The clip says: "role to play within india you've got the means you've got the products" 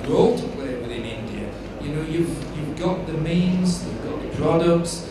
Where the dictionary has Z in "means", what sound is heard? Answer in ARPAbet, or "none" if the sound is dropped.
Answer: Z